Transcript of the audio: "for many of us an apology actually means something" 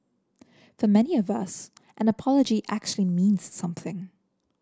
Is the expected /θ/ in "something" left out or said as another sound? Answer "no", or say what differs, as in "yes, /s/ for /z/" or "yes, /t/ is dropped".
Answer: no